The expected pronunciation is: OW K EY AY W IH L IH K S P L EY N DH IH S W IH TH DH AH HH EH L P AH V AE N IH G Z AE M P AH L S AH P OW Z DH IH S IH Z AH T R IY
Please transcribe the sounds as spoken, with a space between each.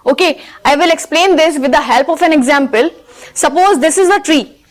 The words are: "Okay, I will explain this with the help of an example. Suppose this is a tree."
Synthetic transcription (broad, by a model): OW K EY AY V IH L IH K S P L EY N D IH S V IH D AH HH EH L P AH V AE N IH G Z AE M P AH L S AH P OW Z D IH S IH Z AH T R IY